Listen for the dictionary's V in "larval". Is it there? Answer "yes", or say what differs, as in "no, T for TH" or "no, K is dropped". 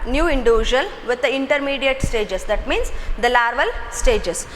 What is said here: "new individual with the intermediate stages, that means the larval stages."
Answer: yes